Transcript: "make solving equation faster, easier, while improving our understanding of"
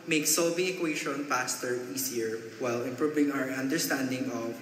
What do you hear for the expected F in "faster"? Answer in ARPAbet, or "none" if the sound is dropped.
P